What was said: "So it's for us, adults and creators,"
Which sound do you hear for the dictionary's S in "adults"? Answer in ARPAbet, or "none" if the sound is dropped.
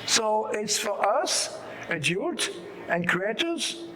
none